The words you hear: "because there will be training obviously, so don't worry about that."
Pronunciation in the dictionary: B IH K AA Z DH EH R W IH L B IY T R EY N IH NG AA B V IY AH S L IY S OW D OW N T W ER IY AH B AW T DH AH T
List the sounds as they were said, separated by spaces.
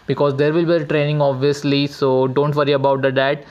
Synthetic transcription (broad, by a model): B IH K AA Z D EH R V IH L B IY T R EY N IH NG AA B V IY AH S L IY S OW D OW N T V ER IY AH B AW T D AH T